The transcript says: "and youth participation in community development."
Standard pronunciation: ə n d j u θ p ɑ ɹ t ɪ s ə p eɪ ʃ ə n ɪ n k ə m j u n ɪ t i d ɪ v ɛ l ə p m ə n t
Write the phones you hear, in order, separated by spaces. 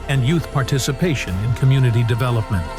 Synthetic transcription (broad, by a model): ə n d j u θ p ɑ ɹ t ɪ s ə p eɪ ʃ ə n ɪ n k ə m j u n ɪ t i d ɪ v ɛ l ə p m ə n t